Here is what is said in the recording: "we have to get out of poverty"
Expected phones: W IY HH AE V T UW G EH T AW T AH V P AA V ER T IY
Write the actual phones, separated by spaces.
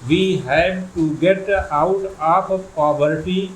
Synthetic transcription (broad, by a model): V IY HH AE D T UW G EH T AW T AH P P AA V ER T IY